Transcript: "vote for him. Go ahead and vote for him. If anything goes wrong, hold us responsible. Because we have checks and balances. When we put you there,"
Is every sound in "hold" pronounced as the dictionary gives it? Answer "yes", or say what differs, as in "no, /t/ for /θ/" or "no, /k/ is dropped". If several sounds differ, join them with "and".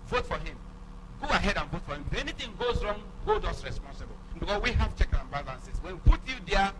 no, /l/ is dropped